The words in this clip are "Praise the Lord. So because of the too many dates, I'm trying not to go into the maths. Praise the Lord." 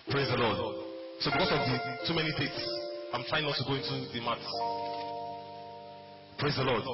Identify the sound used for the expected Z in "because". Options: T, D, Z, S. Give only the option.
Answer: S